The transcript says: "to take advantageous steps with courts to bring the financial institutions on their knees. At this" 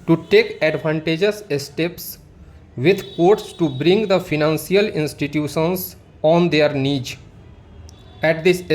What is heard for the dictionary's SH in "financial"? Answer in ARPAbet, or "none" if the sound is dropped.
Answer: S